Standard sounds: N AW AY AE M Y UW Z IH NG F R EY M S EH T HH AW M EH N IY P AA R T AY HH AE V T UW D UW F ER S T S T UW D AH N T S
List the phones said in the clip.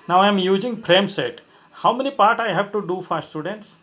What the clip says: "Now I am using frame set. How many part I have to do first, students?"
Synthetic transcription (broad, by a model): N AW AY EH M Y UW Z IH NG P R EY M S EH T HH AW M EH N IY P AA R T AY HH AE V T UW D UW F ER T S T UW D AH N T S